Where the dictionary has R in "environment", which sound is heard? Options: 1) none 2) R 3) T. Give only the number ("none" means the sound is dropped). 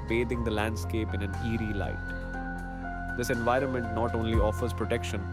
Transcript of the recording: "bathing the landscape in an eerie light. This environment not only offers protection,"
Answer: 2